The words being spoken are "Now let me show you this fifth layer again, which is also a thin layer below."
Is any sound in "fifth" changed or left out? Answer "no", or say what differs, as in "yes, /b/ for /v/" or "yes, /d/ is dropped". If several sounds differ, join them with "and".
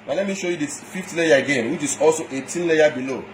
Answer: yes, /t/ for /θ/